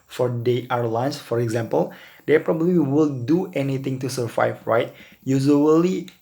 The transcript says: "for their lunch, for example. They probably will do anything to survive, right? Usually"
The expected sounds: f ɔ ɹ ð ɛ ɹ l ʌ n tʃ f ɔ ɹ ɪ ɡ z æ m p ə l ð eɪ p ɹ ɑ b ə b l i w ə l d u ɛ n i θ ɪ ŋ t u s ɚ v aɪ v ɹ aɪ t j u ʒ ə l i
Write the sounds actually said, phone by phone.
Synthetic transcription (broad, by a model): f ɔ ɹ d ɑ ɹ l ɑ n s f ɔ ɹ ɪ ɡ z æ m p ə l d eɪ p ɹ ɑ b ə b l i w ə l d u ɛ n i t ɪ ŋ t u s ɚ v aɪ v ɹ aɪ t j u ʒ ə l i